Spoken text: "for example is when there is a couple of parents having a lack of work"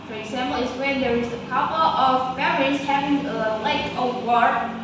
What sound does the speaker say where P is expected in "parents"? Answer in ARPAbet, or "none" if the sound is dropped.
F